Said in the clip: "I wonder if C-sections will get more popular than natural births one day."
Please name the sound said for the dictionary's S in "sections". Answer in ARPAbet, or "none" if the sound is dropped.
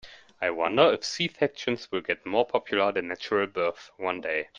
TH